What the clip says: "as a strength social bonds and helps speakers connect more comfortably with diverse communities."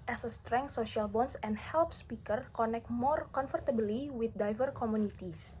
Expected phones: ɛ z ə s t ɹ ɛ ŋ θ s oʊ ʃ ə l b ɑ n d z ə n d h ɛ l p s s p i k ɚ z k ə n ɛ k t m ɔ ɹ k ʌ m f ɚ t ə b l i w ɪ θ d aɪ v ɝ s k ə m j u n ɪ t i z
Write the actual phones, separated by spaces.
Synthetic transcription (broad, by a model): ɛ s ə s t ɹ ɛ ŋ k s oʊ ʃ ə l b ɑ n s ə n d h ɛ l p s s p i k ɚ k ə n ɛ k t m ɔ ɹ k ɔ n f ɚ t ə b l i w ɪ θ d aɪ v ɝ k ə m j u n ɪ t i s